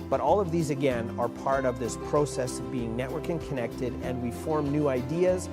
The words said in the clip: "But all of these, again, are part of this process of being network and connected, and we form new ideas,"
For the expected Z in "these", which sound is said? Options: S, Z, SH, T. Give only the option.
Z